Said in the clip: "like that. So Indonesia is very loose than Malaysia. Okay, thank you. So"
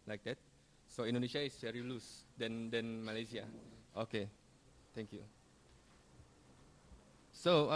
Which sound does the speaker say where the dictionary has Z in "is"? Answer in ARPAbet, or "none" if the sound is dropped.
S